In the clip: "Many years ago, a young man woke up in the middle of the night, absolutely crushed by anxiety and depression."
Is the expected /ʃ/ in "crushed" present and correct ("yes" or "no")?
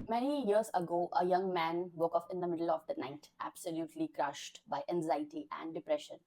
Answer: yes